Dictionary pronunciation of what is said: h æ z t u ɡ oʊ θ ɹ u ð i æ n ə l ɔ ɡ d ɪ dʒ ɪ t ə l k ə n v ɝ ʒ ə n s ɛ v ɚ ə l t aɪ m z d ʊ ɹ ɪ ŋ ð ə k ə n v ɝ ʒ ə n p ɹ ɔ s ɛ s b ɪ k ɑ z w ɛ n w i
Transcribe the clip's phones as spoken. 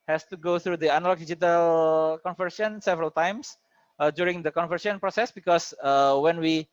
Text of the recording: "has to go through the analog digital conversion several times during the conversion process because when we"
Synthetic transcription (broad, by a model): h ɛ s t u ɡ oʊ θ ɹ u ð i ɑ n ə l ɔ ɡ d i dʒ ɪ t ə l k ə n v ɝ s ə n s ɛ v ɚ ə l t aɪ m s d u ɹ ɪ ŋ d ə k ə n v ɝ s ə n p ɹ ɔ s ɛ s b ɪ k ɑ s w ɛ n w i